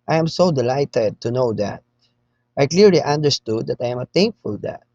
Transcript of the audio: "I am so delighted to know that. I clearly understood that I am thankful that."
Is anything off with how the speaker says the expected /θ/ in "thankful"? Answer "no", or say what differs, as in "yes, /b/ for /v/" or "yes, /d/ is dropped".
yes, /t/ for /θ/